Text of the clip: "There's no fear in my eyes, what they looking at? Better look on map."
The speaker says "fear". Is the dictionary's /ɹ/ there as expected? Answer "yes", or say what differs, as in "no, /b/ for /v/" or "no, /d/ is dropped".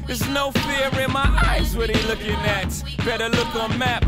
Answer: yes